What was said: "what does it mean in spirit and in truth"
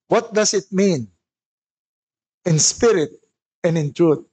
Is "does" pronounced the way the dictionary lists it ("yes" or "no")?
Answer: no